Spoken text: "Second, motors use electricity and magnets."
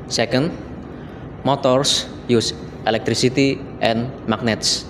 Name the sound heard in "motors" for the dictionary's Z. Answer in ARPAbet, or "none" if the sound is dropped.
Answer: S